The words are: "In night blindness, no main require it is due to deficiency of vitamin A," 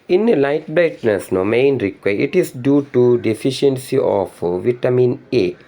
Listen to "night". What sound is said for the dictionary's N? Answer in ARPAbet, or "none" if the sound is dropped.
L